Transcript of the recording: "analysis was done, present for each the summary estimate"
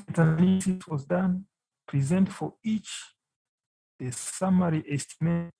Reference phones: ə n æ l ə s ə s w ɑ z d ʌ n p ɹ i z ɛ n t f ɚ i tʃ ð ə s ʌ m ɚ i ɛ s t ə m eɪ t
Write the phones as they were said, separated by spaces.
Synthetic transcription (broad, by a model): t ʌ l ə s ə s w ɑ z d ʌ n p ɹ i z ɛ n t f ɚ i tʃ ð ə s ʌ m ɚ i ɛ s t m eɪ